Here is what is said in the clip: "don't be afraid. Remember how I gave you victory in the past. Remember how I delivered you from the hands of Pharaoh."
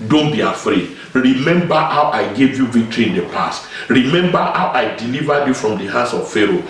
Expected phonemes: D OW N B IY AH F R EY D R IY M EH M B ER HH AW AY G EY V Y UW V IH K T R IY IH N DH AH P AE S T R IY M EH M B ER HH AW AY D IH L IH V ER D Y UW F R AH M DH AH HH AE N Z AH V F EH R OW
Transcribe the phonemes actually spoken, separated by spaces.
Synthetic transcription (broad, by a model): D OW N B IY AH F R EY D R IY M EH M B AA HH AW AY G EY V Y UW V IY K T R IY IH N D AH P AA S T R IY M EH M B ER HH AW AY D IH L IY V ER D Y UW F R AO M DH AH HH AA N S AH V F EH R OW